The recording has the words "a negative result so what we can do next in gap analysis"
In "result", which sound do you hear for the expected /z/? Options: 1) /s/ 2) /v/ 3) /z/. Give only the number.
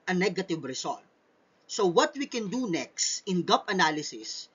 1